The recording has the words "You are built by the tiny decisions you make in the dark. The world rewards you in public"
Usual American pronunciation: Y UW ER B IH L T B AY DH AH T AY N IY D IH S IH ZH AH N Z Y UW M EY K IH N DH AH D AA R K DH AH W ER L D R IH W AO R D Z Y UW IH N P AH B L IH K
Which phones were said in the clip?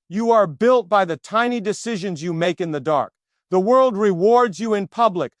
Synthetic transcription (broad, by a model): Y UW ER B IH L T B AY DH AH T AY N IY D IH S IH ZH AH N Z Y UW M EY K IH N DH AH D AA R K DH AH W ER L D R IH W AO R D Z Y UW IH N P AH B L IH K